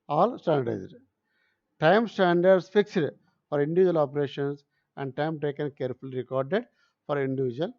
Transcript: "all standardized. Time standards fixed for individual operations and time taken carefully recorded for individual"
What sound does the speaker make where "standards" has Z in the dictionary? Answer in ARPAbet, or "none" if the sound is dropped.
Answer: S